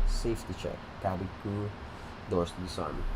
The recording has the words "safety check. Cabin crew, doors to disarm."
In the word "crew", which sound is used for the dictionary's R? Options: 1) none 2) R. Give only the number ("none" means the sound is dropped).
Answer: 1